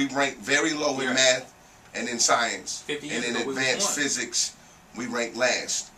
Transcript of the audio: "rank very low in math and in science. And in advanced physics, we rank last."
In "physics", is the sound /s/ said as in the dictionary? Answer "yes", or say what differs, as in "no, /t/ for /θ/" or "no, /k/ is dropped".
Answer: yes